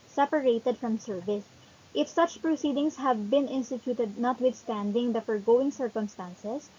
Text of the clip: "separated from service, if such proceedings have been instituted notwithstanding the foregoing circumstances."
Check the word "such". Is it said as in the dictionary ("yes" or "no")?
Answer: yes